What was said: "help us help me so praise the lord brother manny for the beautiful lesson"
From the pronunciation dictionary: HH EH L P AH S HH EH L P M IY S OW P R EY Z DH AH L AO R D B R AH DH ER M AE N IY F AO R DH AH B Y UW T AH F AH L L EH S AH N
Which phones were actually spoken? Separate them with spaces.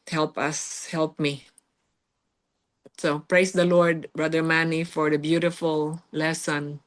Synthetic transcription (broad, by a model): HH EH L P AH S HH EH L P M IY S OW P R EY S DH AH L AO R D B R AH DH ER M AE N IY F AO R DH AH B Y UW T AH F AH L L EH S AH N